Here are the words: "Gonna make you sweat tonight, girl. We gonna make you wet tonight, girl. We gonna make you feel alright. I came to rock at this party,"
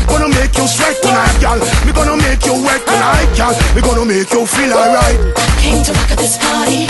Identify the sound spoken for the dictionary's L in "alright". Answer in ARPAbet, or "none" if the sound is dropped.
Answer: none